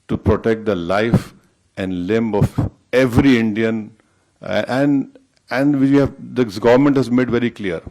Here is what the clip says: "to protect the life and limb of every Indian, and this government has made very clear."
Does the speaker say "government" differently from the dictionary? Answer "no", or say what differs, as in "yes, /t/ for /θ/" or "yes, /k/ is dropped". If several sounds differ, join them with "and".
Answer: no